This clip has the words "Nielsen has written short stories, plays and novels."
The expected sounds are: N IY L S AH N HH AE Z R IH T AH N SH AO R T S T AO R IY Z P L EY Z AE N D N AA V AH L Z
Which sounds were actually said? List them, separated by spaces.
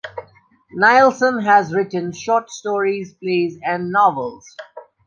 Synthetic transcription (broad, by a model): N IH L S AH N HH AE Z R IH T AH N SH AO T S T AO R IY Z P L EY Z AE N D N AA V AH L Z